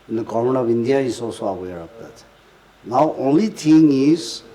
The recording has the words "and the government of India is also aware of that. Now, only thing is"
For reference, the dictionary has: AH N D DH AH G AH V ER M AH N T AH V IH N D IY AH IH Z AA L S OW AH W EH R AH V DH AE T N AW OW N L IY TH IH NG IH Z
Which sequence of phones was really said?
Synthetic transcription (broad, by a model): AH N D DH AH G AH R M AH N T AH V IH N D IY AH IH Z AA L S OW AH W EH R AH V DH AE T N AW OW N L IY T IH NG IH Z